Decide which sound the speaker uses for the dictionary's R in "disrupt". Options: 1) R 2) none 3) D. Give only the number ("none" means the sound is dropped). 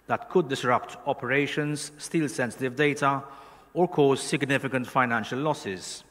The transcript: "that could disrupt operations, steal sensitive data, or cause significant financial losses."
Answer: 1